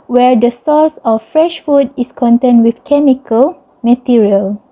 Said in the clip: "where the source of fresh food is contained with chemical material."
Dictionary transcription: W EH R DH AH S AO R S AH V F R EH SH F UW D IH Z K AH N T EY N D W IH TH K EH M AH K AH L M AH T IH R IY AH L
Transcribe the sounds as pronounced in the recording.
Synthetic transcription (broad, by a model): W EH R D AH S AO S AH F F R EH SH F UW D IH S K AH N T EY N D W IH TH K EH M AH K AH L M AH T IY R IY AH L